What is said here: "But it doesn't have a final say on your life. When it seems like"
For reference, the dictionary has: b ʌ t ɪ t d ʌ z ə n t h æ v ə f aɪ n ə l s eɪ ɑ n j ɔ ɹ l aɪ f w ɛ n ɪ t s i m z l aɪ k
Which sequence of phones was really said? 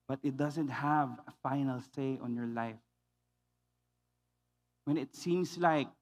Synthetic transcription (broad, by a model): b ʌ t ɪ t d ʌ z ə n t h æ v ə f aɪ n ə l s eɪ ɑ n j ɔ ɹ l aɪ f w ɛ n ɪ t s i m s l aɪ k